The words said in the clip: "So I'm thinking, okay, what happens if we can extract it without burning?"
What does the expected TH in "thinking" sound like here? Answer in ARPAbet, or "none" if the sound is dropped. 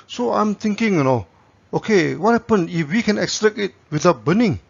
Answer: T